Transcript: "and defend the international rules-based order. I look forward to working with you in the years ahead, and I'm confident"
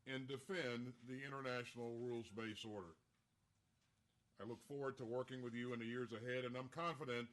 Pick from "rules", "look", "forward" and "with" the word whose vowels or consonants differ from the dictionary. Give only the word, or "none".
none